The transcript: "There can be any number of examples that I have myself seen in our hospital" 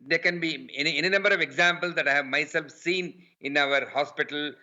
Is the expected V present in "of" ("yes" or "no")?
yes